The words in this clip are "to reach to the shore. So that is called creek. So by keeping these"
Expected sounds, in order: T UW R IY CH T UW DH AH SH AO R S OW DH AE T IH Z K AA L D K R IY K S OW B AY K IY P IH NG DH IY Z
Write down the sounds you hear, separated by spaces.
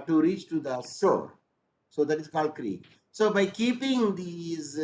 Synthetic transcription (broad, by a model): T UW R IY CH T UW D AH S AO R S OW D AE T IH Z K AA L D K R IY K S OW B AY K IY P IH NG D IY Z